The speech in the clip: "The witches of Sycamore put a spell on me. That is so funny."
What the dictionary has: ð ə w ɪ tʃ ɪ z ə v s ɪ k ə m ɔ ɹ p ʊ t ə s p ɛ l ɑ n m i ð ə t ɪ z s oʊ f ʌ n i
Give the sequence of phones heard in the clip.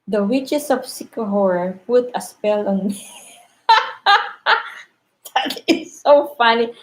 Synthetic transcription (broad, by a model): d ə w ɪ tʃ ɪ s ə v s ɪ k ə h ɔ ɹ p ʊ t ə s p ɛ l ɑ n m i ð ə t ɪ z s oʊ f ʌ n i